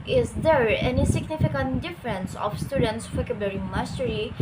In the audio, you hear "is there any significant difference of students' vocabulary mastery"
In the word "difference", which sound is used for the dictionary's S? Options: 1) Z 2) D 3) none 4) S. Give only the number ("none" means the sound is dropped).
4